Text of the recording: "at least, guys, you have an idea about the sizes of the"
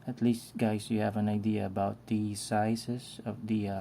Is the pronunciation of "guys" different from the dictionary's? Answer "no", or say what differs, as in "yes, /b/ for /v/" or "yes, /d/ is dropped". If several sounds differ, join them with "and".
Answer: yes, /s/ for /z/